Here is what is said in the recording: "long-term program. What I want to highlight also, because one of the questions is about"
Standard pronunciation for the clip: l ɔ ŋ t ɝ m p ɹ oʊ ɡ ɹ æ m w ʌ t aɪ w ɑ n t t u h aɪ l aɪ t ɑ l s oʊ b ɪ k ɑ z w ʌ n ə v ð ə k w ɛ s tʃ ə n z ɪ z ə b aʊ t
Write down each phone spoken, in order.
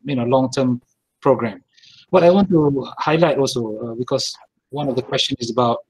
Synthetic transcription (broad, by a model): l ɔ ŋ t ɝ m p ɹ oʊ ɡ ɹ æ m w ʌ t aɪ w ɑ n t t u h aɪ l aɪ t ɑ l s oʊ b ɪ k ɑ s w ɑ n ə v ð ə k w ɛ s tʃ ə n ɪ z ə b aʊ t